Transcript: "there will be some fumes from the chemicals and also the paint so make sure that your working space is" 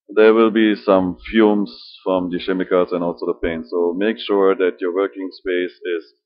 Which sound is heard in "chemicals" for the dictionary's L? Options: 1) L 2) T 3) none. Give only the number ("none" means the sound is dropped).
3